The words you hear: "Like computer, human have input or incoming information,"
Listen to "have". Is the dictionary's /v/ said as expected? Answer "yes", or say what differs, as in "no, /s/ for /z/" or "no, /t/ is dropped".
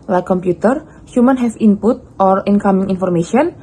no, /f/ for /v/